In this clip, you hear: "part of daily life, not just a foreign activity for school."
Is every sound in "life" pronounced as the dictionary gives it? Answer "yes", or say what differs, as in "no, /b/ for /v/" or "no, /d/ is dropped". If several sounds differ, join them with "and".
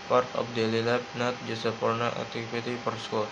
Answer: no, /p/ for /f/